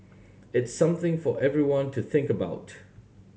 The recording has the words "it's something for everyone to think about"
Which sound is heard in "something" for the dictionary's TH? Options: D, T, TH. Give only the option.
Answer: TH